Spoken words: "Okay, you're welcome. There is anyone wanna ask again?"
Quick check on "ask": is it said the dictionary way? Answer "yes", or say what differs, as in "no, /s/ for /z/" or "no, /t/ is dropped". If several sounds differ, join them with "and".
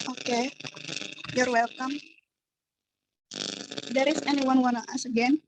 no, /k/ is dropped